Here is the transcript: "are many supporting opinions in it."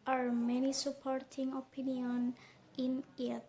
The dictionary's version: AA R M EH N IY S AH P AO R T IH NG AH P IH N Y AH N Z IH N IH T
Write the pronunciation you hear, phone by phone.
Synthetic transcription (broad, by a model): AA R M EH N IY S AH P AO R T IH NG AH P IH N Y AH N IH N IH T